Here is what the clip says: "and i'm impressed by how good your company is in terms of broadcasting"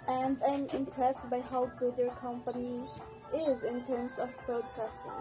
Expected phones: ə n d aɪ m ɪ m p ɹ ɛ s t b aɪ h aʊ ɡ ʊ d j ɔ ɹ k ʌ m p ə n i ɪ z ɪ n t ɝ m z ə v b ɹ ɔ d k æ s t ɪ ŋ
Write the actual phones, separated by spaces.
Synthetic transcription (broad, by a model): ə n d aɪ m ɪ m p ɹ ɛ s t b aɪ h aʊ ɡ ʊ d j ɔ ɹ k ʌ m p ə n i ɪ z ɪ n t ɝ m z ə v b ɹ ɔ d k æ s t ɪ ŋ